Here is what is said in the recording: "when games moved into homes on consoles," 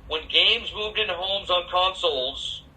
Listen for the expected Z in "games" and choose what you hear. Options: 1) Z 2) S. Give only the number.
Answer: 1